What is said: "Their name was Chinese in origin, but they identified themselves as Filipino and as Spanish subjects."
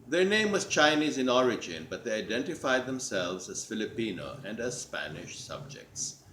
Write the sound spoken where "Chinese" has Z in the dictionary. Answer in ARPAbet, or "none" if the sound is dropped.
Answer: Z